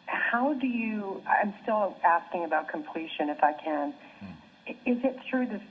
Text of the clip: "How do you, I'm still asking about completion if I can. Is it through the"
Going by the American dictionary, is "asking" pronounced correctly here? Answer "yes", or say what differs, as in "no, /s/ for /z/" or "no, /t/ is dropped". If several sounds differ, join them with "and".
yes